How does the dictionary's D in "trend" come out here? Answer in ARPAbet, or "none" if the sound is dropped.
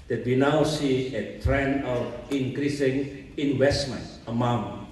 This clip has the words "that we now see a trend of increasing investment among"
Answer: none